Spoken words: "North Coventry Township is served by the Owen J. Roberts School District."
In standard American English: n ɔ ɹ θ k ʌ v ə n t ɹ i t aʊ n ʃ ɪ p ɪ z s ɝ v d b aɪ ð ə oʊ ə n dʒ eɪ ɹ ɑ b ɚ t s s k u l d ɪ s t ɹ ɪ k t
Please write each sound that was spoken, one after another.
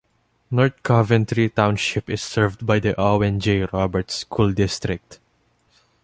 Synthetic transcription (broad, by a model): n ɔ ɹ t k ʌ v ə n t ɹ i t aʊ n ʃ ɪ p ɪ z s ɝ v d b aɪ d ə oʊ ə n dʒ eɪ ɹ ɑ b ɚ t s s k u l d ɪ s t ɹ ɪ k t